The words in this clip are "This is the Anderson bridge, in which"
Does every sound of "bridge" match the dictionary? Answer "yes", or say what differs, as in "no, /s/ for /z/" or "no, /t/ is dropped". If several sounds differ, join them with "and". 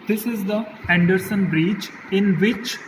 no, /tʃ/ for /dʒ/